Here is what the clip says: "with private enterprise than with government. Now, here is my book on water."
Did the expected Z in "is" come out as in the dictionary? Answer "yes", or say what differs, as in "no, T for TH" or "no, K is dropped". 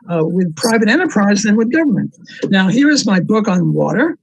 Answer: yes